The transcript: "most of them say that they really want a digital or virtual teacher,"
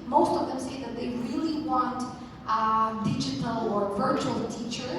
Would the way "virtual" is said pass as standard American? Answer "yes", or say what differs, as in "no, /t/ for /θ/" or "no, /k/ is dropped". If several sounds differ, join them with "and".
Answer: yes